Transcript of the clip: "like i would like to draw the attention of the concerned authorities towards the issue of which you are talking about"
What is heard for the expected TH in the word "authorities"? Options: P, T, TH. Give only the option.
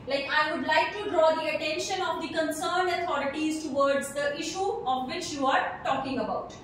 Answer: T